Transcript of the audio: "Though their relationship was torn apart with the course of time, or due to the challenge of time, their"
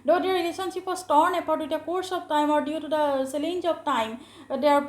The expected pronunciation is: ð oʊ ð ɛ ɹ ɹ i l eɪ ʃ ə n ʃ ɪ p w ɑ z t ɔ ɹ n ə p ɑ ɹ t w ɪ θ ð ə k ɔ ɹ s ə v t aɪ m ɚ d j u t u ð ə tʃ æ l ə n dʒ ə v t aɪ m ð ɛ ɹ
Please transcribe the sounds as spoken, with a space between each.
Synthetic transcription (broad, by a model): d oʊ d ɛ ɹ ɹ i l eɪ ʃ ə n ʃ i p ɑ s t ɔ ɹ n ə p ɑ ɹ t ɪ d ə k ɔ ɹ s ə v t aɪ m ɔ d j u t u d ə s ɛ l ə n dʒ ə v t aɪ m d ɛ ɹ